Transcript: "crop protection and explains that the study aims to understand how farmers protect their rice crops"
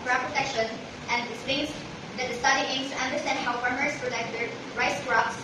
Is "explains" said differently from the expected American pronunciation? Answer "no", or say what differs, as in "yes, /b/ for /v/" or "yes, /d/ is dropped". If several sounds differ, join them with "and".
yes, /l/ is dropped